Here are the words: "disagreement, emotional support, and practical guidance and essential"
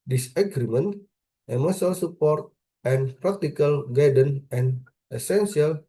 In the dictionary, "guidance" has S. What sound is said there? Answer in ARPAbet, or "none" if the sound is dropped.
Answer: none